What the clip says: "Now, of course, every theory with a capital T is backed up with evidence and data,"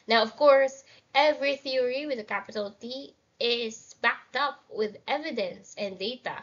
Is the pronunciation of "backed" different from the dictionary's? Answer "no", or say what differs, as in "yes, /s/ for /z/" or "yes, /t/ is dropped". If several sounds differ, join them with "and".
no